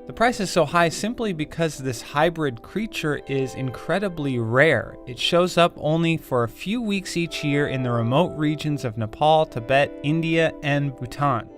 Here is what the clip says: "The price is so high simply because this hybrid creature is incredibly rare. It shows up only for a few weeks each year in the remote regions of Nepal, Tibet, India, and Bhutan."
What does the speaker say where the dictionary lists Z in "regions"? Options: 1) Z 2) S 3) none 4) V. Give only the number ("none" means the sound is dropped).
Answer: 1